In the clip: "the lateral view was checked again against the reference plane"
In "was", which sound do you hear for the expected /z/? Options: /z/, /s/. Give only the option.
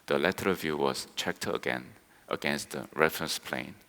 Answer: /s/